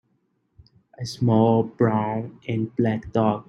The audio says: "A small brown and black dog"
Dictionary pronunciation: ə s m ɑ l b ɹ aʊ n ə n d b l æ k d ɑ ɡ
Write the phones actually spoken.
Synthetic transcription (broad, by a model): ə s m ɑ l b ɹ aʊ n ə n b l æ k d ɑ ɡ